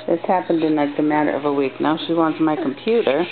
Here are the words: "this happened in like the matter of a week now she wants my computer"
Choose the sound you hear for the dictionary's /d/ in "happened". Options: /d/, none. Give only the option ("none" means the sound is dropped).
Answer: /d/